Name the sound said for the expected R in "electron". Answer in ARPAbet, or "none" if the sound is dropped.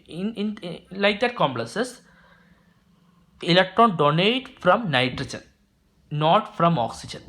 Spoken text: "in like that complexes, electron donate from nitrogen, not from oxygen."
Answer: R